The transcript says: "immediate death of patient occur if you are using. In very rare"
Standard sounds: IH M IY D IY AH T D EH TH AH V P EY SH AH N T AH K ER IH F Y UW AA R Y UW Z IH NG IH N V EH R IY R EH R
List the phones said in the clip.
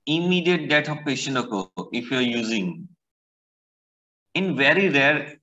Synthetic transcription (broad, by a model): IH M IY D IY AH T D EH T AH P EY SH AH N AH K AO IH F Y UW AA R Y UW Z IH NG IH N V EH R IY R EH R